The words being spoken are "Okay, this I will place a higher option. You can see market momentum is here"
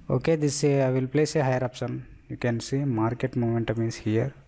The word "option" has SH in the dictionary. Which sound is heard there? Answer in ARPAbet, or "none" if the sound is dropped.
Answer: S